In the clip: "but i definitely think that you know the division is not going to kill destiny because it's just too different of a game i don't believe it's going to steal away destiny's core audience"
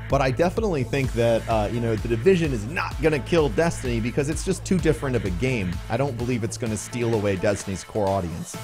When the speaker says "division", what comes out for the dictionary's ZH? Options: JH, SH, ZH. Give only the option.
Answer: ZH